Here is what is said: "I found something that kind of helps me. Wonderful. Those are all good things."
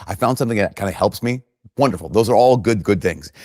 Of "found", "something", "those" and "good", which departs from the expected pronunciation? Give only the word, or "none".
none